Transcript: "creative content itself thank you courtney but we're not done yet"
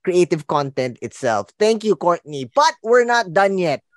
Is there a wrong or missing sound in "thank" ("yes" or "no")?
yes